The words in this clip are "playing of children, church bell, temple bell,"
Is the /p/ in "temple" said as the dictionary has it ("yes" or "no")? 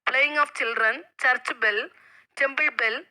no